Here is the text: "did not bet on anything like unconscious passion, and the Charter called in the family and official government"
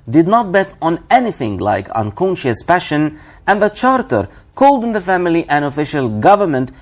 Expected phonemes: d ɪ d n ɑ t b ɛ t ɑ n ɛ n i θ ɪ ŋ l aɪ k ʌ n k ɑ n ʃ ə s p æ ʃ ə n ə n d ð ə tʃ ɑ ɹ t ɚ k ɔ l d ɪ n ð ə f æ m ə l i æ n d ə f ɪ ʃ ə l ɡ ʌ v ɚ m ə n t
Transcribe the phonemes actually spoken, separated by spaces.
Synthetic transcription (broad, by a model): d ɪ d n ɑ t b ɛ t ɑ n ɛ n i θ ɪ ŋ l aɪ k ʌ n k ɑ n ʃ ə s p æ ʃ ə n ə n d ð ə tʃ ɑ ɹ t ɚ k ɔ l d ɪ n ð ə f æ m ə l i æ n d ə f ɪ ʃ ə l ɡ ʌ v ɚ m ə n t